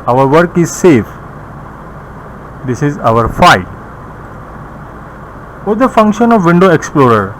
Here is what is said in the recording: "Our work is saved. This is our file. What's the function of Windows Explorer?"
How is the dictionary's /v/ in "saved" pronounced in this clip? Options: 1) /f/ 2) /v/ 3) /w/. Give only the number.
1